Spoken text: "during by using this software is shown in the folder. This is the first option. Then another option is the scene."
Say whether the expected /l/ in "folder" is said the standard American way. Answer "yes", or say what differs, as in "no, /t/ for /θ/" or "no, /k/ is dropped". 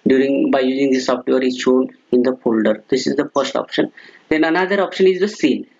yes